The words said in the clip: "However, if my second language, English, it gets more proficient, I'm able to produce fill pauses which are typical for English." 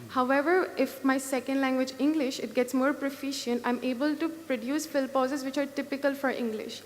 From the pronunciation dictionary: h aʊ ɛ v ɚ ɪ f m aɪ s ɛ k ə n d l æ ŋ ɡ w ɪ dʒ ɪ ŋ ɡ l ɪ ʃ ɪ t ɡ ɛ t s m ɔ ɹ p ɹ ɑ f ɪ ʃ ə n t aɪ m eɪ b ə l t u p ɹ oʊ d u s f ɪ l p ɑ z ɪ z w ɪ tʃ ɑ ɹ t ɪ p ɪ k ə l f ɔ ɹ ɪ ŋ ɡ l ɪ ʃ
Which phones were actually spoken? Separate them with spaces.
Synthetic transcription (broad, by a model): h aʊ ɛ v ɚ ɪ f m aɪ s ɛ k ə n d l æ ŋ ɡ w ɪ dʒ ɪ ŋ ɡ l ɪ ʃ ɪ t ɡ ɛ t s m ɔ ɹ p ɹ ɑ f ɪ ʃ ə n t aɪ m eɪ b ə l t u p ɹ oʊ d u s f ɪ l p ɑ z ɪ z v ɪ tʃ ɑ ɹ t ɪ p ɪ k ə l f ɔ ɹ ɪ ŋ ɡ l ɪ ʃ